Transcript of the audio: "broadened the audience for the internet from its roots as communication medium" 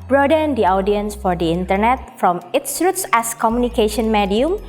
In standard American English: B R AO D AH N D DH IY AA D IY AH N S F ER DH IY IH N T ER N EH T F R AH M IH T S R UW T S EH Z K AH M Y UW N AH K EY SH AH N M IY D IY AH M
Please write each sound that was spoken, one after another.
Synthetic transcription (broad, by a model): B R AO D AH N D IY AA D IY AH N S F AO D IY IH N T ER N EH T F R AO M IH T S R UW T S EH S K AH M Y UW N AH K EY SH AH N M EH D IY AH M